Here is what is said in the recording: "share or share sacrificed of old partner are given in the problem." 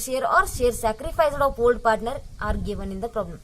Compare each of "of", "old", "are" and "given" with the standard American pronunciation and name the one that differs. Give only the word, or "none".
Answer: of